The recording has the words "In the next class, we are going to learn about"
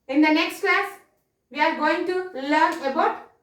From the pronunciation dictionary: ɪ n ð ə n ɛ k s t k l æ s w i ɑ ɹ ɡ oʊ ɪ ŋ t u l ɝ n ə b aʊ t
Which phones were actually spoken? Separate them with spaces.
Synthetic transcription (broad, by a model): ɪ n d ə n ɛ k s t k l æ s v i ɑ ɹ ɡ oʊ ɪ ŋ t u l ɝ n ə b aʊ t